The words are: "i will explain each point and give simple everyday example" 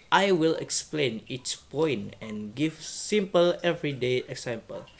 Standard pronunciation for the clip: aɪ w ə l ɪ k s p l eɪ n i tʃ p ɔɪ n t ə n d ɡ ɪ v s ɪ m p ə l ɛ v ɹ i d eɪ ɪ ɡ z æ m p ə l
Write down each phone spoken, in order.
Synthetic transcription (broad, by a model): aɪ w ə l ɪ k s p l eɪ n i s p ɔɪ n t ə n ɡ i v s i m p ə l ɛ v ɹ i d eɪ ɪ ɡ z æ m p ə l